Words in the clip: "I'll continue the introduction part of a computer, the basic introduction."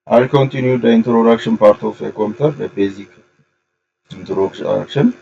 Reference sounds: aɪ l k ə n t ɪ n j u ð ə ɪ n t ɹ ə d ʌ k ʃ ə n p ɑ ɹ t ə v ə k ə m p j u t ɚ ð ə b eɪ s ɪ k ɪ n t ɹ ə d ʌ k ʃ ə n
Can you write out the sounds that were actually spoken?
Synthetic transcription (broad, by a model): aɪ k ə n t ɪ n j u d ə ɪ n t ɹ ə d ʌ k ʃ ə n p ɑ ɹ t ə f ə k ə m t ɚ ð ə b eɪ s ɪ k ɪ n t ɹ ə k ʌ k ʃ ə n